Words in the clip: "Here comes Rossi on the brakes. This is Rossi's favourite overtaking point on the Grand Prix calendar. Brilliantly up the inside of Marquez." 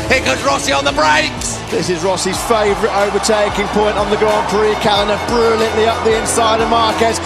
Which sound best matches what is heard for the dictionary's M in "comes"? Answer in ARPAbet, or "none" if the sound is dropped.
none